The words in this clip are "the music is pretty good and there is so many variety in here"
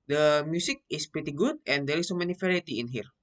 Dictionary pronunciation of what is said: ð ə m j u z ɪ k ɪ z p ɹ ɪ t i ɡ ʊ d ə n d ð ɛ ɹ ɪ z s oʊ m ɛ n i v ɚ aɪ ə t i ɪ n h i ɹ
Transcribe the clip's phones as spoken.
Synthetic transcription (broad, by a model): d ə m j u s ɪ k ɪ s p ɹ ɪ t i ɡ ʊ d ə n d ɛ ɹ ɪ s oʊ m ɛ n i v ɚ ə t i ɪ n h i ɹ